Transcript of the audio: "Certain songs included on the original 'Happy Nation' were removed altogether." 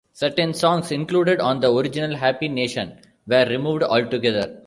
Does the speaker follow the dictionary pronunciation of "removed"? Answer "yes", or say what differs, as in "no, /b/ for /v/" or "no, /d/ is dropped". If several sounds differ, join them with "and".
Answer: yes